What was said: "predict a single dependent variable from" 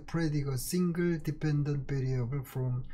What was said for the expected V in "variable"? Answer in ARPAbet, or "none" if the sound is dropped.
P